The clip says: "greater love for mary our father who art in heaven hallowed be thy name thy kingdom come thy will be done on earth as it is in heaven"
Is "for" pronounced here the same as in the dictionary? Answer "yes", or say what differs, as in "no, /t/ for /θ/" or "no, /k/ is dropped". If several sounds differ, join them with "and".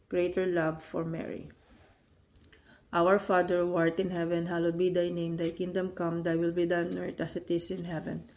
yes